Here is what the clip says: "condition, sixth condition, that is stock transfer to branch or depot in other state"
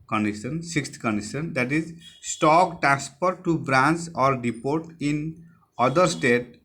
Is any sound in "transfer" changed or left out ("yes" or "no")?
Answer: yes